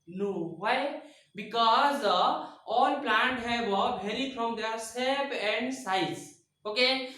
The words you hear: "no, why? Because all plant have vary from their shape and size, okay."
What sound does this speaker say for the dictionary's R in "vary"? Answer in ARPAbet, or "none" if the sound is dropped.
L